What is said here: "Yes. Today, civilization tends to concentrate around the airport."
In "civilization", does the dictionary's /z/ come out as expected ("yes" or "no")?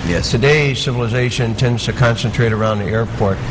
yes